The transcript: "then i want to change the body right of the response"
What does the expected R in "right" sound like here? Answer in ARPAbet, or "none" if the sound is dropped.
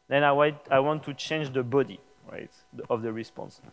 R